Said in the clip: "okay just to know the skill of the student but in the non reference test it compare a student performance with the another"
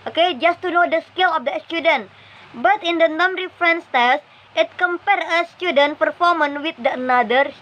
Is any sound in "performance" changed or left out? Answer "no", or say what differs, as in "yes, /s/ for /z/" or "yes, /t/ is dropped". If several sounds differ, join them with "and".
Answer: yes, /s/ is dropped